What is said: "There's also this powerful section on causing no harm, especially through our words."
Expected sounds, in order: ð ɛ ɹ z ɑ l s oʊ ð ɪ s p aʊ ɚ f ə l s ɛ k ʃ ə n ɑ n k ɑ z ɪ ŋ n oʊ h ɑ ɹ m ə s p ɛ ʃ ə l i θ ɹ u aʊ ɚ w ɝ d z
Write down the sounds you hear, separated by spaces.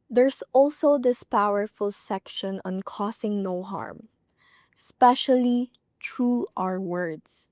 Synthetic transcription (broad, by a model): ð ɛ ɹ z ɑ l s oʊ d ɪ s p aʊ ɚ f ə l s ɛ k ʃ ə n ɑ n k ɑ s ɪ ŋ n oʊ h ɑ ɹ m s p ɛ ʃ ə l i t ɹ u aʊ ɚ w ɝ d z